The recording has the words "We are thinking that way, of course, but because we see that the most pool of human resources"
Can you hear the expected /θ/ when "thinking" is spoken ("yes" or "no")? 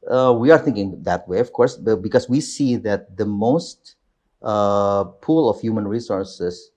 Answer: yes